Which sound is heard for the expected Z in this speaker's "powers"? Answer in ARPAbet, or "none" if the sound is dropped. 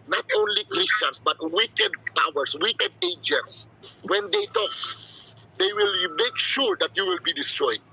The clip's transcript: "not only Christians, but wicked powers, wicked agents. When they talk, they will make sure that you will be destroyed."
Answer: S